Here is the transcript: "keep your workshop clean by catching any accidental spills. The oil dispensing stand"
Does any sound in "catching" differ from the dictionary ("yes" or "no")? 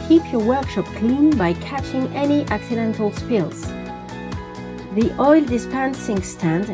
no